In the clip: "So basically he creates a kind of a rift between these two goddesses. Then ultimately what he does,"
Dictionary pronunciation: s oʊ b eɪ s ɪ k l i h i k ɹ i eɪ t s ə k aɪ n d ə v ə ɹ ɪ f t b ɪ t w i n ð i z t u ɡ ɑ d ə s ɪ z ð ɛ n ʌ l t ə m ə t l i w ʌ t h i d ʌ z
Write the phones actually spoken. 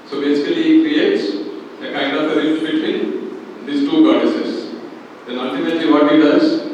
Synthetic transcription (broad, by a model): s oʊ b eɪ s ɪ k i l i k ɹ i eɪ t s ə k aɪ n d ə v ə ɹ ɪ t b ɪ t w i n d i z t u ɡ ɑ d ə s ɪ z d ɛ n ʌ l t ə m ə t l i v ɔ t h i d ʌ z